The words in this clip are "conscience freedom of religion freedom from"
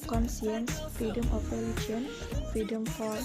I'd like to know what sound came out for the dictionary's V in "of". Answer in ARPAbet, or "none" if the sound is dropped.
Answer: P